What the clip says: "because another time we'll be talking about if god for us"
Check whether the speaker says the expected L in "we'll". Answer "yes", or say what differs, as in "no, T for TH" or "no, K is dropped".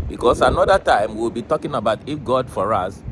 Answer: no, W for L